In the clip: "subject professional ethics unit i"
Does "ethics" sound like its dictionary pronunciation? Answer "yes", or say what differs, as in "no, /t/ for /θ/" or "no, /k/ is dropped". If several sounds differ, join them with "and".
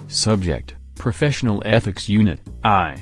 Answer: yes